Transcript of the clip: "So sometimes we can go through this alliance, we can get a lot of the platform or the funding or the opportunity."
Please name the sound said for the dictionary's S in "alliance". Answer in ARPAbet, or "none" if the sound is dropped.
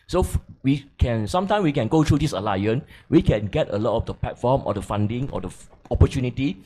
none